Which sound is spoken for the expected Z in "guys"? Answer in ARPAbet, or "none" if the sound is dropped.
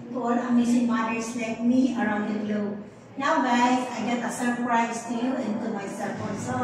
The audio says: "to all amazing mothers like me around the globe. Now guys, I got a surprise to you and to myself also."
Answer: none